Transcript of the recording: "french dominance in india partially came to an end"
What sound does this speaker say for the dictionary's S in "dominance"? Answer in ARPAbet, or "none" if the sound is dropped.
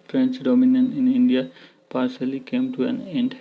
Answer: none